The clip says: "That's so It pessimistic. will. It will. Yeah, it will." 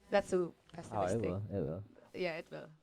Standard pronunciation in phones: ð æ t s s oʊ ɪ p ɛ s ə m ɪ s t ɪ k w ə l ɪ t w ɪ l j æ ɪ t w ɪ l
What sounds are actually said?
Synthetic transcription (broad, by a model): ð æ t s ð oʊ ɪ b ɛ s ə ɪ t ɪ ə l ɪ t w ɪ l j æ ɪ t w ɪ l